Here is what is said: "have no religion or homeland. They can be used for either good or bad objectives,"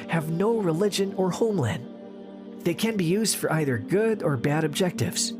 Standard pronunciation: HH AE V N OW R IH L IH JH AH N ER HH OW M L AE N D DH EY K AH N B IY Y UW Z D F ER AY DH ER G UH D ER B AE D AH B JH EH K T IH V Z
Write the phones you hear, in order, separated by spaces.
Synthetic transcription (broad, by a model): HH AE V N OW R IH L IH JH AH N ER HH OW M L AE N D DH EY K AH N B IY Y UW Z D F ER AY DH ER G UH D ER B AE D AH B JH EH K T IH V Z